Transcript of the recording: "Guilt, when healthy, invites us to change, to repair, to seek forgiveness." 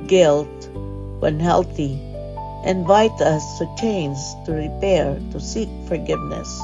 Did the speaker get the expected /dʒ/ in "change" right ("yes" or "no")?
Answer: no